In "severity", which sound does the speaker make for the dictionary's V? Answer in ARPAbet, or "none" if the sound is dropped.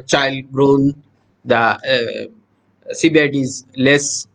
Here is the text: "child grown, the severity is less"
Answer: B